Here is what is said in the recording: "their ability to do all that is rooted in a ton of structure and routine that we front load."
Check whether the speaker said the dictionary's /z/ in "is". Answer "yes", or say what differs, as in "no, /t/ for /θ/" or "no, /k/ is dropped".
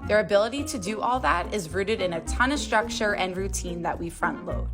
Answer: yes